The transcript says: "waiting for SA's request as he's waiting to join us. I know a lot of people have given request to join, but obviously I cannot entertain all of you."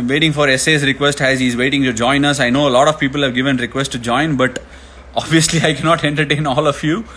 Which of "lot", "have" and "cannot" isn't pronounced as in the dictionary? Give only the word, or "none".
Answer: none